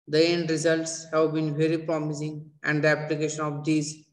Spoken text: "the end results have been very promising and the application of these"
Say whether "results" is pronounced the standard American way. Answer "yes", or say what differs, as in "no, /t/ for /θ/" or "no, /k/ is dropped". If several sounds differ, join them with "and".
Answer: yes